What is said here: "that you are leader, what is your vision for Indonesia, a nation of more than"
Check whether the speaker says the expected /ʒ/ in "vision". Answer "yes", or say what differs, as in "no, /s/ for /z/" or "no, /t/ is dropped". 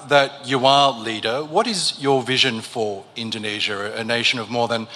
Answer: yes